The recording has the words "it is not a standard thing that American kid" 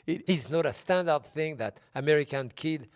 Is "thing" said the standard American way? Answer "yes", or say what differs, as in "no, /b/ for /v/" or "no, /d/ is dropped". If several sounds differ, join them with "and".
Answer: yes